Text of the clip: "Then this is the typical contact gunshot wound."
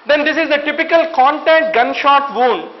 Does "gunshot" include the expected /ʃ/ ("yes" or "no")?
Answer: yes